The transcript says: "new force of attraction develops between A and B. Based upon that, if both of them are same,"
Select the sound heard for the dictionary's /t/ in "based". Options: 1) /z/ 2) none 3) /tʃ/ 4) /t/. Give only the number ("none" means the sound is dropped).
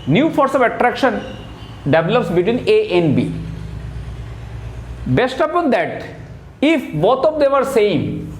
4